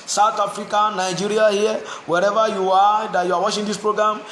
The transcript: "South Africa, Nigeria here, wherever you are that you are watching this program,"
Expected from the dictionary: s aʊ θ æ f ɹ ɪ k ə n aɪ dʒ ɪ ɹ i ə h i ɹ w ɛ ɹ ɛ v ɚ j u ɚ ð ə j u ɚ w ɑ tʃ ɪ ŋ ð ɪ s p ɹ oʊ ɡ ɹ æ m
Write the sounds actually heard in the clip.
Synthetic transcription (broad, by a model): s aʊ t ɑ f ɹ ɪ k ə n aɪ dʒ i ɹ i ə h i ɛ w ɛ ɹ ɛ v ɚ j u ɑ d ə j u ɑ w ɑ ʃ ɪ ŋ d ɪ s p ɹ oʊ ɡ ɹ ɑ m